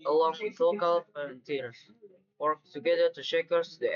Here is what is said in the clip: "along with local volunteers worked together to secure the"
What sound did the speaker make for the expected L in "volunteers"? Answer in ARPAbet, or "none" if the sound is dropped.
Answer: none